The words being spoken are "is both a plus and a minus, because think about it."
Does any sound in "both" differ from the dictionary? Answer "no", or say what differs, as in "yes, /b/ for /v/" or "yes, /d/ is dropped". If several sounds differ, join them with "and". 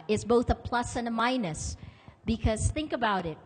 no